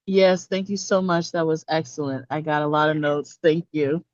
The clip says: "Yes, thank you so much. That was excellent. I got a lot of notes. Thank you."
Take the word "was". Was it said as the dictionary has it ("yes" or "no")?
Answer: yes